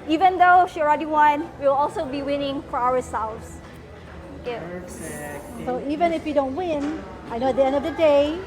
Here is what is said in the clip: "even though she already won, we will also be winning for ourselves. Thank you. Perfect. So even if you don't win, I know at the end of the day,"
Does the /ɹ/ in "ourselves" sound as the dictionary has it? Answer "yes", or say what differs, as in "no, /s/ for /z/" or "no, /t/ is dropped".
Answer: no, /w/ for /ɹ/